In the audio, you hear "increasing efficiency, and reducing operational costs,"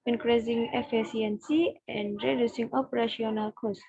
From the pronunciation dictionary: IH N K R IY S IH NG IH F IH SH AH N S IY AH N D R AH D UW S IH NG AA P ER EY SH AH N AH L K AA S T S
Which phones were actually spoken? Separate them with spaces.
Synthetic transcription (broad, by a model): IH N K R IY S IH NG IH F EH S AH N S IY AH N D R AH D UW S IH NG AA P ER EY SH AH N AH L K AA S S